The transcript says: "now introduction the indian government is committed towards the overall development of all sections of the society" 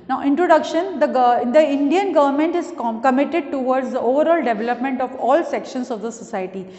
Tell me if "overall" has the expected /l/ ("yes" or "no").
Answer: yes